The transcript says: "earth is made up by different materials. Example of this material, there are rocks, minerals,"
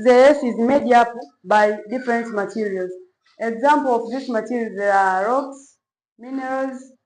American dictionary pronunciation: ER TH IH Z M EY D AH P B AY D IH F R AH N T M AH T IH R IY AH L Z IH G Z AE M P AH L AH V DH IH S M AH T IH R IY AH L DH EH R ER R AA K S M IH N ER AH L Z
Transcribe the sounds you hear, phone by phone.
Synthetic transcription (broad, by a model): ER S IH Z M EY D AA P B AY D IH F R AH N T M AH T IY R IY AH L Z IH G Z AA M P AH L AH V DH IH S M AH T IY R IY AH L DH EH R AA R AA K S M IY N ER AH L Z